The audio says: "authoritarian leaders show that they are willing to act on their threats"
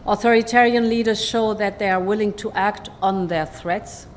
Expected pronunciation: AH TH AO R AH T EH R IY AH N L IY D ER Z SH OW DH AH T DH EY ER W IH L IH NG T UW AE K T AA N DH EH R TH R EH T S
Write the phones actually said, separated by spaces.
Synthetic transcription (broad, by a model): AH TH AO R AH T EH R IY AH N L IY D ER Z SH OW DH AH T DH EY ER W IH L IH NG T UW AE K T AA N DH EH R TH R EH T S